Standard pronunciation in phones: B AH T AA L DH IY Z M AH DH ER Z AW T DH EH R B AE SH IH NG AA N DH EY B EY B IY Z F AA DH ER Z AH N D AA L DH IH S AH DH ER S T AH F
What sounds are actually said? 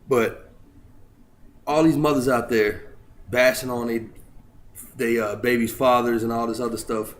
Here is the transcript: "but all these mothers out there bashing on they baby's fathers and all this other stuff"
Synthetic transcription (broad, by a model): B AH T AA L DH IY Z M AH DH ER Z AW T DH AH R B AE S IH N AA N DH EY B EY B IY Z F AA DH ER Z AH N AA L DH IH S AH DH ER S T AH F